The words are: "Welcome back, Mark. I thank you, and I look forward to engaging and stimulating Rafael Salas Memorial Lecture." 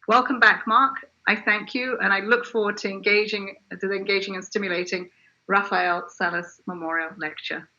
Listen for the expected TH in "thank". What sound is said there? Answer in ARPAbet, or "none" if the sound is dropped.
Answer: TH